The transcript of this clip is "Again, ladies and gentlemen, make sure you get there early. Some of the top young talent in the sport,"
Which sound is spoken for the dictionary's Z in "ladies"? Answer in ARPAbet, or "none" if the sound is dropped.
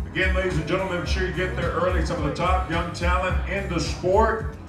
Z